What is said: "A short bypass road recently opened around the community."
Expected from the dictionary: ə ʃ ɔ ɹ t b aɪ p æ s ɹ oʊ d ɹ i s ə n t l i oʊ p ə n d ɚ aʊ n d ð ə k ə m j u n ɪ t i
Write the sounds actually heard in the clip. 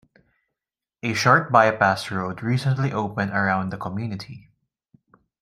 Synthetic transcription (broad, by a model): ə ʃ ɔ ɹ t b aɪ p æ s ɹ oʊ d ɹ i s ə n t l i oʊ p ə n d ɚ aʊ n d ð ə k ə m j u n ɪ t i